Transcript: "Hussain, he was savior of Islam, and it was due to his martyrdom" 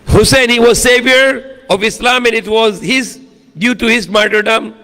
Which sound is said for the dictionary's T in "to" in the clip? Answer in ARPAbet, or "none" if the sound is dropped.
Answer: T